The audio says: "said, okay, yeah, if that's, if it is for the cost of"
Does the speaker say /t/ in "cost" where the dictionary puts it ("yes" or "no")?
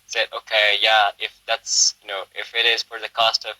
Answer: yes